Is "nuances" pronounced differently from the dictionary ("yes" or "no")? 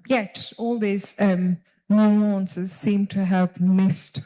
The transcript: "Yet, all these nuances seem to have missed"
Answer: no